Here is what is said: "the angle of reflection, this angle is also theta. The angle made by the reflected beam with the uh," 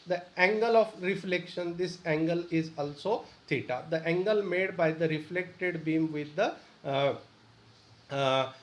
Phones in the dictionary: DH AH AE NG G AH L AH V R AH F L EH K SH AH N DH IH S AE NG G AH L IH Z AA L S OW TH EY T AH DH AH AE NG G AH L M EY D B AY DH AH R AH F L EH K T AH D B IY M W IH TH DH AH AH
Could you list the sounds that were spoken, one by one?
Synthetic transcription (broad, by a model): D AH AE NG G AH L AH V R AH F L EH K SH AH N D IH S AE NG G AH L IH Z AA L S OW T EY T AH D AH AE NG G AH L M EY D B AY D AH R AH F L EH K T AH D B IY M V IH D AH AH